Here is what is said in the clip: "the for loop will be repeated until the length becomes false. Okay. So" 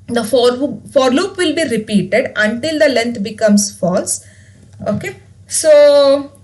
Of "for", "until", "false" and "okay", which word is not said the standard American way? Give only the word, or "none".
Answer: none